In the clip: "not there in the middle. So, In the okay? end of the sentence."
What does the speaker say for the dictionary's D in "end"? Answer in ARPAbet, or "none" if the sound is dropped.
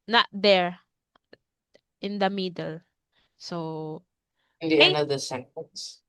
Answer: none